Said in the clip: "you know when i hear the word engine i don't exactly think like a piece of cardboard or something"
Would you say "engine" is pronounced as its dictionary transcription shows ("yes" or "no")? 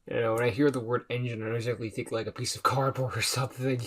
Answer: yes